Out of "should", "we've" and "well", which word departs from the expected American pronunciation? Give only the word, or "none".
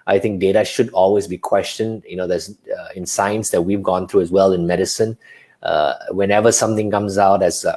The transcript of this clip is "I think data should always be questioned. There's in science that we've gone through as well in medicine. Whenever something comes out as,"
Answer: none